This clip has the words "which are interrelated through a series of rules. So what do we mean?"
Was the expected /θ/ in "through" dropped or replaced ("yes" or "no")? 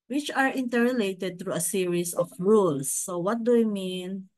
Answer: yes